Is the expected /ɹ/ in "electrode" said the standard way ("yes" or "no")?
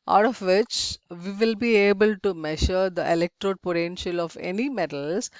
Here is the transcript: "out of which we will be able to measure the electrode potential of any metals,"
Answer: yes